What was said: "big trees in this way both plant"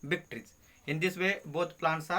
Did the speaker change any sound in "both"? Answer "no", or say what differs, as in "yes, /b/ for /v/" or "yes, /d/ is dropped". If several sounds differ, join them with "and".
yes, /t/ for /θ/